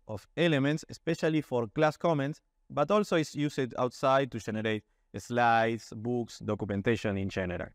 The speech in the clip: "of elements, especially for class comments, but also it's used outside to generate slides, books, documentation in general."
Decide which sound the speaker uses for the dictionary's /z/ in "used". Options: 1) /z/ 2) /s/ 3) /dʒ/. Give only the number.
2